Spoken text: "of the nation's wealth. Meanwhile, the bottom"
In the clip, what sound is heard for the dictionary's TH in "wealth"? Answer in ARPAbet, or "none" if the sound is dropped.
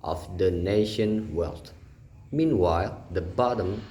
T